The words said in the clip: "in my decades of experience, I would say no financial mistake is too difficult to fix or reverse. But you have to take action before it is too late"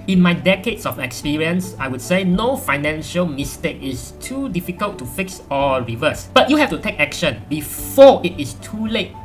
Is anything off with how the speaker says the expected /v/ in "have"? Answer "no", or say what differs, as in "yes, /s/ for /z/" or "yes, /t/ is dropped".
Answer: yes, /f/ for /v/